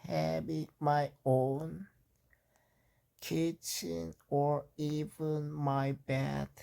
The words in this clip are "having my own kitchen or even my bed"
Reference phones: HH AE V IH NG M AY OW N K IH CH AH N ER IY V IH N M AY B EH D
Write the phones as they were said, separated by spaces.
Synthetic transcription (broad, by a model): HH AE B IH M AY OW N K IH CH AH N ER IY V IH N M AY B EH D